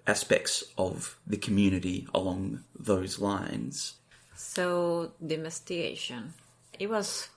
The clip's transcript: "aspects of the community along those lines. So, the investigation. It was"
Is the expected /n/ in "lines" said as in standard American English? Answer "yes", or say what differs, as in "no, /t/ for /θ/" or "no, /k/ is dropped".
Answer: yes